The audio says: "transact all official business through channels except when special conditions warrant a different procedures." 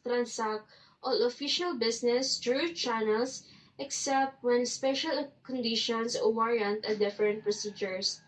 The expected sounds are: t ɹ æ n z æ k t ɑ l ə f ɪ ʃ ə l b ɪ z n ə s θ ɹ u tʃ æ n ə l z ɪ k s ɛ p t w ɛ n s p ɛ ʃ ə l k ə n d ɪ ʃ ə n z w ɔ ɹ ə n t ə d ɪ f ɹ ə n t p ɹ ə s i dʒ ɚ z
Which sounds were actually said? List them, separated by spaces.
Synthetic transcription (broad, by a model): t ɹ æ n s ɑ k t ɑ l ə f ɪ ʃ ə l b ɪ s n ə s t ɹ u tʃ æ n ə l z ɪ k s ɛ p t w ɛ n s p ɛ ʃ ə l k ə n d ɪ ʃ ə n s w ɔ ɹ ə n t ə d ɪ f ɹ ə n t p ɹ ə s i dʒ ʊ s